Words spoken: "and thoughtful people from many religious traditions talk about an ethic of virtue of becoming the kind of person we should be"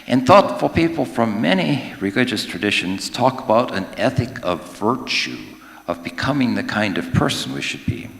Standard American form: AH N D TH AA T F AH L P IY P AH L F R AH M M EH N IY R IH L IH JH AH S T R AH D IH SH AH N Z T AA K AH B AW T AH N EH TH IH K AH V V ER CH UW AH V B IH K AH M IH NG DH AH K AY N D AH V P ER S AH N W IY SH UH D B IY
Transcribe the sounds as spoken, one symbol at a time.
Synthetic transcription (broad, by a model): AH N TH AA T F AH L P IY P L F R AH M M EH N IY R IH L IH JH AH S T R AH D IH SH AH N Z T AA K AH B AW T AH N EH TH IH K AH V V ER CH UW AH V B IH K AH M IH NG DH AH K AY N D AH V P ER S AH N W IY SH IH D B IY